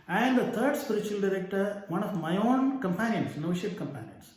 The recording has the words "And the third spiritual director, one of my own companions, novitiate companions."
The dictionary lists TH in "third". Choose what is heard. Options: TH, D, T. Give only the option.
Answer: T